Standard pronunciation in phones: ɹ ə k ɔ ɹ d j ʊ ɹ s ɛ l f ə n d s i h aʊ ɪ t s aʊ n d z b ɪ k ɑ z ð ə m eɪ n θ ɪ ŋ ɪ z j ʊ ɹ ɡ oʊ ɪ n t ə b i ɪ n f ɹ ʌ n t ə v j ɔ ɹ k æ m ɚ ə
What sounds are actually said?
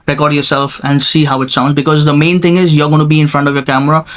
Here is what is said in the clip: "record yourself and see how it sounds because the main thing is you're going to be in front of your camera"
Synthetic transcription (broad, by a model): ɹ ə k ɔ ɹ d j ʊ ɹ s ɛ l f ə n d s i h aʊ ɪ t s aʊ n d z b ɪ k ɑ z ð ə m eɪ n t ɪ ŋ ɪ z j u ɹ ɡ oʊ ɪ n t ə b i ɪ n f ɹ ʌ n t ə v j ɔ ɹ k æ m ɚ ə